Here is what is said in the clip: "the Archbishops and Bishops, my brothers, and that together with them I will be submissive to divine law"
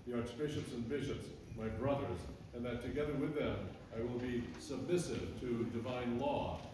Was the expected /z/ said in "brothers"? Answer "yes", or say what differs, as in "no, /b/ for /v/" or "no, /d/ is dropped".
yes